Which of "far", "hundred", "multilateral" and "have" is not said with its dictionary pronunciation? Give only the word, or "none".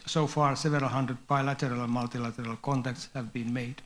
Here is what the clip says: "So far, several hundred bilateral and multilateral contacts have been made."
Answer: none